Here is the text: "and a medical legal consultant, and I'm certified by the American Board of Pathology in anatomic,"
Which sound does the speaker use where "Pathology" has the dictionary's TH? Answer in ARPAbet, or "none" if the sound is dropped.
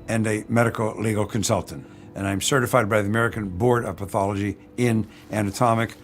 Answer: TH